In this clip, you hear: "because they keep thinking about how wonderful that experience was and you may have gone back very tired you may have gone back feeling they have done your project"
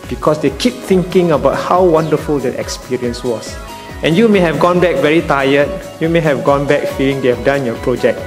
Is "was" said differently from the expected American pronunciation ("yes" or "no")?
yes